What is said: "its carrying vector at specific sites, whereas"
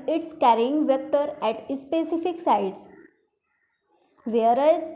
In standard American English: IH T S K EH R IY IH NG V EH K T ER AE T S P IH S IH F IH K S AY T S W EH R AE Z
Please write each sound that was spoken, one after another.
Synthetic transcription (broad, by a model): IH T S K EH R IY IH NG V EH K T ER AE T S P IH S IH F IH K S AY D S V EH R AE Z